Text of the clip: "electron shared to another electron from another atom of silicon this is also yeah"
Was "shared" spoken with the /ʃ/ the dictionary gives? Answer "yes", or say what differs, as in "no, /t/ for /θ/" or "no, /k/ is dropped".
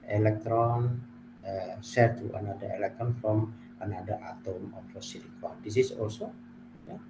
no, /s/ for /ʃ/